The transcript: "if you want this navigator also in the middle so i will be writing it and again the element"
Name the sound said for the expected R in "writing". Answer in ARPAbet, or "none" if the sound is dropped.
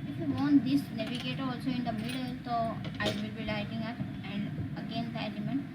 L